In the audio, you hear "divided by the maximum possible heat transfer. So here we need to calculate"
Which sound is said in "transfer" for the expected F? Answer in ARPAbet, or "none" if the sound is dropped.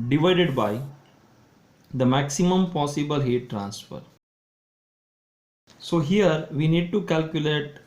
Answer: F